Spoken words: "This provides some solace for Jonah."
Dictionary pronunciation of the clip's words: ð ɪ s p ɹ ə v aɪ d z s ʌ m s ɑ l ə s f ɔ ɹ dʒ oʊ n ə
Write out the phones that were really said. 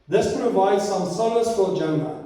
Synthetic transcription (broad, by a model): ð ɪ s p ɹ ə v aɪ d z s ʌ m s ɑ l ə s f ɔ l dʒ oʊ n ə